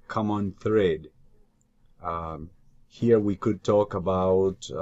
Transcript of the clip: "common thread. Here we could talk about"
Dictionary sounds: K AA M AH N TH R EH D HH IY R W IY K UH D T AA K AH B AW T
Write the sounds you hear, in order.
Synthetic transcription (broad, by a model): K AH M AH N TH R EH D HH IY R W IY K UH D T AA K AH B AW T